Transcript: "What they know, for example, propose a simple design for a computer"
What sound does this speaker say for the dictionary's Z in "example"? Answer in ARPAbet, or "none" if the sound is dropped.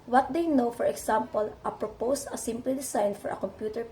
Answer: S